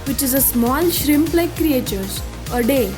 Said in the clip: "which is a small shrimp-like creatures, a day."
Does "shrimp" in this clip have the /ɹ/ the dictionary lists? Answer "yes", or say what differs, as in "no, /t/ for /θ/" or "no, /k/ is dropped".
yes